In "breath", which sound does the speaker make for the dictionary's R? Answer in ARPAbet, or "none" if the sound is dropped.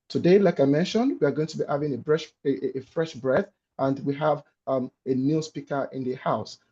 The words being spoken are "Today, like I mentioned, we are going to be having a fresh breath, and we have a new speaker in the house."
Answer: R